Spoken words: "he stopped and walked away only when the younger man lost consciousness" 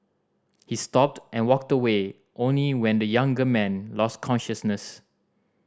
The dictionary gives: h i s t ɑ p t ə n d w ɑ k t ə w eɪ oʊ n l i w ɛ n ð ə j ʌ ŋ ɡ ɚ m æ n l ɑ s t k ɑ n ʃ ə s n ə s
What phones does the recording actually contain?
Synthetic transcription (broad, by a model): h i s t ɑ p t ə n w ɑ k t ə w eɪ oʊ n l i w ɛ n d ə j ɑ ŋ ɡ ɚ m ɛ n l ɑ s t k ɑ n ʃ ə s n ə s